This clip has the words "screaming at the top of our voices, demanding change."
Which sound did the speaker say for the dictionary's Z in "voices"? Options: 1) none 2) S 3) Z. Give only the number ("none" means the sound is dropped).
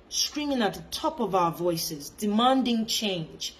3